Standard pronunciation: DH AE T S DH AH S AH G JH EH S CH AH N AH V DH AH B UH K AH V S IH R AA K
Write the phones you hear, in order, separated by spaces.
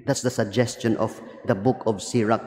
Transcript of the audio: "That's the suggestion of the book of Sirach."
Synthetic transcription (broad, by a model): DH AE T S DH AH S AH G JH EH S CH AH N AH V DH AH B UH K AH V S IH R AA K